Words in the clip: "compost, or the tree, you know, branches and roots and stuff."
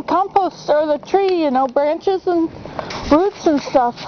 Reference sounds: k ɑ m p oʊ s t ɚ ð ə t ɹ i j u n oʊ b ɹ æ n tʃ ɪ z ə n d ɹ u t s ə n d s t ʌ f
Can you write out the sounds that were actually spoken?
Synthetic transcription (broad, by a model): k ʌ m p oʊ s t ɚ ð ə t ɹ i j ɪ n oʊ b ɹ æ n tʃ ɪ z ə n ɹ u t s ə n s t ʌ f